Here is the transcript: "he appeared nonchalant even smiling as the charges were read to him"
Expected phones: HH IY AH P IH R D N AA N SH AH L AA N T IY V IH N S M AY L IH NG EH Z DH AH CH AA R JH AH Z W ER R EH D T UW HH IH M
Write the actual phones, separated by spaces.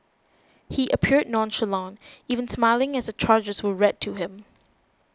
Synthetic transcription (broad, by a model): HH IY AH P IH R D N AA N SH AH L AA N IY V IH N S M AY L IH NG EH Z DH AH CH AA R JH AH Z W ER R EH D T UW HH IH M